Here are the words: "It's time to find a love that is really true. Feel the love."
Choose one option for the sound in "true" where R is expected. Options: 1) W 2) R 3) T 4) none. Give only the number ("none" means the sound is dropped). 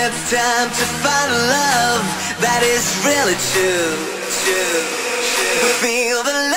1